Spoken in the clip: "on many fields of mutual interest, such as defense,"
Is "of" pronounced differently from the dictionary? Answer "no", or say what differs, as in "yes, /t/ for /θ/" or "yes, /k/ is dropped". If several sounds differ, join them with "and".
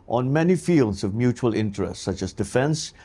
no